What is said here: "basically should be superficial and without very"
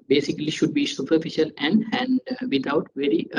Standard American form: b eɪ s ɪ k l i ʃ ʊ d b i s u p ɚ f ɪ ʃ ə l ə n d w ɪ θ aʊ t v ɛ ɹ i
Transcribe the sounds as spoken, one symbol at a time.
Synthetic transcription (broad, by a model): b eɪ s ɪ k l i ʃ ʊ d b i s u p ɚ f ɪ ʃ ə l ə n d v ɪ t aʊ t v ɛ ɹ i